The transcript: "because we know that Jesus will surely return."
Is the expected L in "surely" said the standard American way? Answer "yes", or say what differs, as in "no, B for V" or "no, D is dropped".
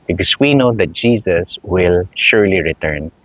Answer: yes